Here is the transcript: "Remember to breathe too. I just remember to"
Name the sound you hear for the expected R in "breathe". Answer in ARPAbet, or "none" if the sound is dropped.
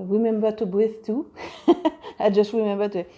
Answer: none